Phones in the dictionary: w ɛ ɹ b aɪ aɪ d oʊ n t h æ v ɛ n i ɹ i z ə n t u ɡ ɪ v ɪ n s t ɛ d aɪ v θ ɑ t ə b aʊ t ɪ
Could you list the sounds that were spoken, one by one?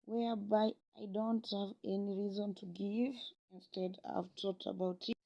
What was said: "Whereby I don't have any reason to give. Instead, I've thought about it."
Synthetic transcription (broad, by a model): w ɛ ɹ b aɪ aɪ d oʊ n t h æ v ɛ n i ɹ i z ə n t u ɡ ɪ v ɪ n s t ɛ d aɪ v t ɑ t ə b aʊ t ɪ